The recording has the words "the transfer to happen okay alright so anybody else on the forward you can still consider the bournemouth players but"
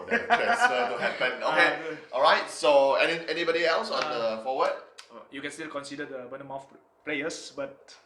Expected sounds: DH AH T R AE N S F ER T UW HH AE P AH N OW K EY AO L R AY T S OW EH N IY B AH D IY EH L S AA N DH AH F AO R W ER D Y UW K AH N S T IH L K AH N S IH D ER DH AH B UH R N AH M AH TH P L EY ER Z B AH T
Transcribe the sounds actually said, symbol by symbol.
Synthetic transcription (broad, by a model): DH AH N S ER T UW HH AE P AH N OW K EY AO L R AY T S OW EH N IY B AH D IY EH L S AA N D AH F AO W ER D Y UW K AH N S T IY L K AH N S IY D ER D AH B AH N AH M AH F P L EY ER S B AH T